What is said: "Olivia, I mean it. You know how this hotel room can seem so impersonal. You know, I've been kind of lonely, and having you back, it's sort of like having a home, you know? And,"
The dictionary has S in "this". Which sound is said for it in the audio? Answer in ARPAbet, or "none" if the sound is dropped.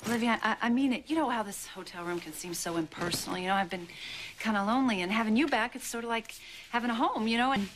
S